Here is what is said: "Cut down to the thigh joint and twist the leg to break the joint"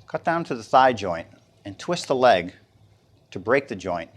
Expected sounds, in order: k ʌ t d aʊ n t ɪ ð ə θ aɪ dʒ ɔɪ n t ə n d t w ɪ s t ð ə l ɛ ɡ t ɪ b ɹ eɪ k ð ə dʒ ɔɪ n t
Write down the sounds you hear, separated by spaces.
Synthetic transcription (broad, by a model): k ʌ t d aʊ n t ɪ ð ə θ aɪ dʒ ɔɪ n t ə n t w ɪ s t ð ə l ɛ ɡ t ɪ b ɹ eɪ k ð ə dʒ ɔɪ n t